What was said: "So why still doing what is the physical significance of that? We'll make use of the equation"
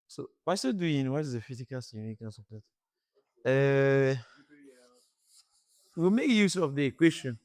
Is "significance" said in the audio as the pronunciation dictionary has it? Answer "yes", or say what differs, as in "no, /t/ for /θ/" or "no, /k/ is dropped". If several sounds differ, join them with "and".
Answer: no, /f/ is dropped